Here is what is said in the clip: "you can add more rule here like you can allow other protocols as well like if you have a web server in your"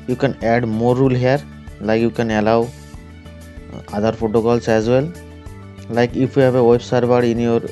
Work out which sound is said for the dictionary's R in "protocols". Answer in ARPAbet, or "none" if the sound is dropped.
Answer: none